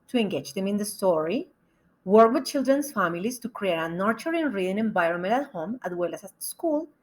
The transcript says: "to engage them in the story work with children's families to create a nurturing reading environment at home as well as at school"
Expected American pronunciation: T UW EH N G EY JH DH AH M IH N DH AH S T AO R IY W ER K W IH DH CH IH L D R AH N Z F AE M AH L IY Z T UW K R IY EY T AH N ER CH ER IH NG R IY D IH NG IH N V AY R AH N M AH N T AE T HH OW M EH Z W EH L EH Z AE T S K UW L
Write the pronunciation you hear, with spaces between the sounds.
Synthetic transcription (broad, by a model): T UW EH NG G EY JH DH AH M IH N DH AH S T AO R IY W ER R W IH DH CH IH L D R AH N S F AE M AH L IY S T UW K R IY EY T AH N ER CH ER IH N R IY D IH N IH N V AY R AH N M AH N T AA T HH OW M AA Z W EH L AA S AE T S K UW L